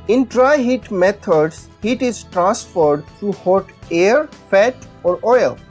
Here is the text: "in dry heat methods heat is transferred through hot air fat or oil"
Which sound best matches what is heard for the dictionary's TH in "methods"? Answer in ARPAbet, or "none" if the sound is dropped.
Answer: T